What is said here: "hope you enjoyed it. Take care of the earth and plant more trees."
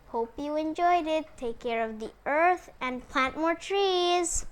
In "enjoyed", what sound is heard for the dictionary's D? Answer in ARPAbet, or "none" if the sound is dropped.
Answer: D